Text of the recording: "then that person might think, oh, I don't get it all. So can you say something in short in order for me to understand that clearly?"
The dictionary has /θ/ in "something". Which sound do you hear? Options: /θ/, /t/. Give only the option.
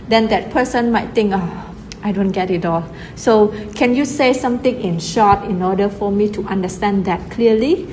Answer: /t/